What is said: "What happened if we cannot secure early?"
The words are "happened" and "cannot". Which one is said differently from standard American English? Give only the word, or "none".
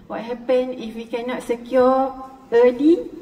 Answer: happened